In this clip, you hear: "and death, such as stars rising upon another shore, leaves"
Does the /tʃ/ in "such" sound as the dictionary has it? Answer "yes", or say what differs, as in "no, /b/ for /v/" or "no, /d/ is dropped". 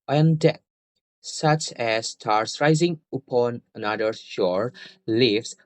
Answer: yes